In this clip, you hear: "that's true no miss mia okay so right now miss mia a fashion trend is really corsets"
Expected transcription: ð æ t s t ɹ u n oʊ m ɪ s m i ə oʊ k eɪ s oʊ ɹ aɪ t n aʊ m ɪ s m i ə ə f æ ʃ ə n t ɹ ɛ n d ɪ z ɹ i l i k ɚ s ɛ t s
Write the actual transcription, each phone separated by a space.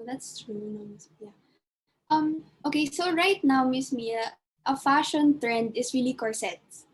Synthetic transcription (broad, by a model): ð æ t s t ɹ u n oʊ m ɪ s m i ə oʊ k eɪ s oʊ ɹ aɪ t n aʊ m ɪ s m i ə ə f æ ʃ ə n t ɹ ɛ n d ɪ s ɹ i l i k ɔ s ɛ t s